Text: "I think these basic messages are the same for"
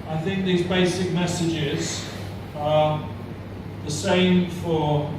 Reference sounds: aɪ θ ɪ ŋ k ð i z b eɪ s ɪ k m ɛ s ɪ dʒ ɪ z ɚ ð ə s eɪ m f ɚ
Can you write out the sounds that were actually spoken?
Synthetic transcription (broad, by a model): aɪ θ ɪ ŋ k ð i z b eɪ s ɪ k m ɛ s ɪ dʒ ɪ z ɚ ð ə s eɪ m f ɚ